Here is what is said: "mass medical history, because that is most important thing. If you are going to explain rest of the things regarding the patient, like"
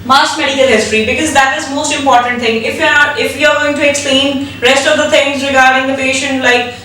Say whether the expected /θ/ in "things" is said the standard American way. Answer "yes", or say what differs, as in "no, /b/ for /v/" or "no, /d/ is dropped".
no, /t/ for /θ/